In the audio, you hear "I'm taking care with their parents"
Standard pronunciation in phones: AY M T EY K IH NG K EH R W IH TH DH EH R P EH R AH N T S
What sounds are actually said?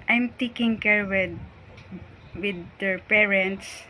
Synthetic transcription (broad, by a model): AY M T EY K IH NG K EH R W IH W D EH R P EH R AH N T S